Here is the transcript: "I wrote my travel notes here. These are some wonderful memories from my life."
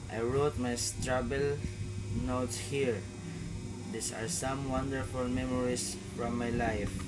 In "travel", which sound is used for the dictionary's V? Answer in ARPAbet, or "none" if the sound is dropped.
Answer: B